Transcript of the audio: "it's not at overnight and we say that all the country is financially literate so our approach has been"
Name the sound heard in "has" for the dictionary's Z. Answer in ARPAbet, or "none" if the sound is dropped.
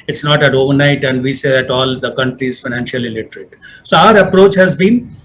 Z